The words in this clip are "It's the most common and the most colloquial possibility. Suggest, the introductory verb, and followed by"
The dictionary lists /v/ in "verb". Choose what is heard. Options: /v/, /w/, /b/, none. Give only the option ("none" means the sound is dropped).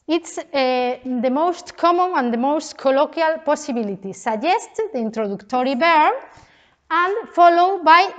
/b/